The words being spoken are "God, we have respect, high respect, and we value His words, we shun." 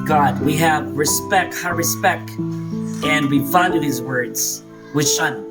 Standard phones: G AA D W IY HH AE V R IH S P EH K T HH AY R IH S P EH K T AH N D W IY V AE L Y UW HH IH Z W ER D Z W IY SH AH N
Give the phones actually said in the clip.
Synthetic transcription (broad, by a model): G AA D W IY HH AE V R IH S P EH K T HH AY R IH S P EH K T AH N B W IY F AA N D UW HH IH Z W ER D Z W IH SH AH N